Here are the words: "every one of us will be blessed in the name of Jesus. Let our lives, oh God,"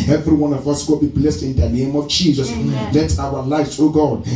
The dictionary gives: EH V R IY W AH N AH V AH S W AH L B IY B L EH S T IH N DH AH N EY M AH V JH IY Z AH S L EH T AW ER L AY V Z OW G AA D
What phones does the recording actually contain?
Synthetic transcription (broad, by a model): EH V R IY W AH N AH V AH S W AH B IY B L EH S T IH N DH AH N EY M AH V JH IY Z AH S L EH T AW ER L AY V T OW G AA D